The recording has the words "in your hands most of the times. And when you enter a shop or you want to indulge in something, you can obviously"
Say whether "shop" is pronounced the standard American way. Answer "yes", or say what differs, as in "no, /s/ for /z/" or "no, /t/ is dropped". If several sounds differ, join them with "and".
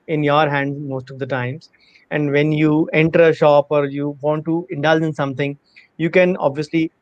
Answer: yes